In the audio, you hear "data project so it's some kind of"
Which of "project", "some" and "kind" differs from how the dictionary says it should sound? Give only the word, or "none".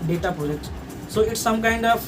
project